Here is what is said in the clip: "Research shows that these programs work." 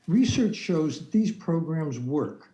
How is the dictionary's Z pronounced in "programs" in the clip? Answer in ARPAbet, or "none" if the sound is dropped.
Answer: Z